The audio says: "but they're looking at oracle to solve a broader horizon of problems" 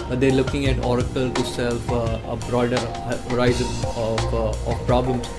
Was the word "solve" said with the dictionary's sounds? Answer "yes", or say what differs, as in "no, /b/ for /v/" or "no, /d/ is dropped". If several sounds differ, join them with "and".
no, /f/ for /v/